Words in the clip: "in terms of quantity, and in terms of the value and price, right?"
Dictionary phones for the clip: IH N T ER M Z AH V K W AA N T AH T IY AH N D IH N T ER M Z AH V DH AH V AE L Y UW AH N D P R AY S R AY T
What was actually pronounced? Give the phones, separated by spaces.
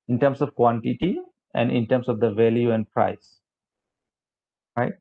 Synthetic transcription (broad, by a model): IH N T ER M S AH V K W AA N T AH T IY AH N D IH N T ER M S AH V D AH V AE L Y UW AH N D P R AY S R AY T